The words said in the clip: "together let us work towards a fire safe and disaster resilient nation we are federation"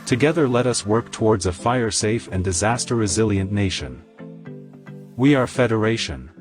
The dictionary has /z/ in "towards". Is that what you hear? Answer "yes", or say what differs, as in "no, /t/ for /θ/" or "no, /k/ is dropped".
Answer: yes